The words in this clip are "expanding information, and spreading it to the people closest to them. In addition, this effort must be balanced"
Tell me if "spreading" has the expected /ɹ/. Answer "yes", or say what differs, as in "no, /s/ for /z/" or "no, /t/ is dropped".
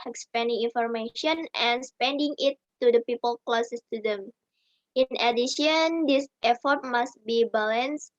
no, /ɹ/ is dropped